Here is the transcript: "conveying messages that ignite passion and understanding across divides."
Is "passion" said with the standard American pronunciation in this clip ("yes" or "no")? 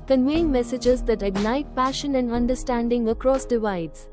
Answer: yes